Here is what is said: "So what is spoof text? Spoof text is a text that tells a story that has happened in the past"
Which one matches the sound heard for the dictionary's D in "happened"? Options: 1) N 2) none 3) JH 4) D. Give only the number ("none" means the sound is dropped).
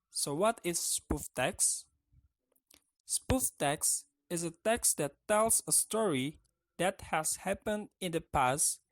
4